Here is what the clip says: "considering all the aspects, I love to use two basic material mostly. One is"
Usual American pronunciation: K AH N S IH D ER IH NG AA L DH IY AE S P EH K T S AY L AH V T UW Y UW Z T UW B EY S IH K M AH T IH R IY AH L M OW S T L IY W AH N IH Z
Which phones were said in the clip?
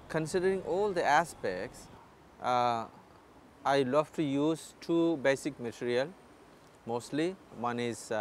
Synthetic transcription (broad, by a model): K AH N S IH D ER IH NG AA L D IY AE S P EH K T S AY L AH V T UW Y UW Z T UW B EY S IH K M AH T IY R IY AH L M OW S T L IY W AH N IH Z